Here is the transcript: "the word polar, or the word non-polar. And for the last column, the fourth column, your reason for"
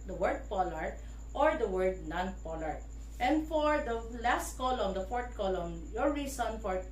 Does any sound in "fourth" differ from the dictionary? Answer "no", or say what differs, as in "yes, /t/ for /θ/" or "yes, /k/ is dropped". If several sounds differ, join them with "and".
yes, /t/ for /θ/